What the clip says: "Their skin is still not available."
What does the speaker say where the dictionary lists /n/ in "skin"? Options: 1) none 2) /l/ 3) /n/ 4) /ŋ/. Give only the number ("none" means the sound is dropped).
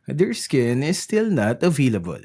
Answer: 3